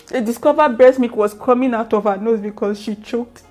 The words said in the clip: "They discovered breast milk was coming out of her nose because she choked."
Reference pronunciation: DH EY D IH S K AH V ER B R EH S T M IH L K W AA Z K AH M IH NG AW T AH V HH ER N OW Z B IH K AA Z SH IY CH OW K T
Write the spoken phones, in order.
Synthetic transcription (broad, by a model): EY D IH S K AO V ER B EH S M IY K W AA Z K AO M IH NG AW T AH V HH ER N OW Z B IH K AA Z SH IY CH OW K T